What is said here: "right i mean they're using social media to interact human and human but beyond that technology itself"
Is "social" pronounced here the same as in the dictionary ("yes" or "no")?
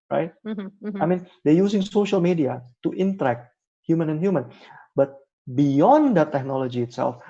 yes